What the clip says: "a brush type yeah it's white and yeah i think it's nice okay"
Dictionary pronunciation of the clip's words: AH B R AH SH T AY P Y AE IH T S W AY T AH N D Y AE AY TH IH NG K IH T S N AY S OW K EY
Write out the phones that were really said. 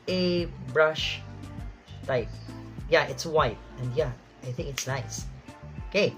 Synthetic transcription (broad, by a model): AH B R AH SH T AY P Y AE IH T S W AY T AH N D Y AE AY TH IH NG K IH T S N AY S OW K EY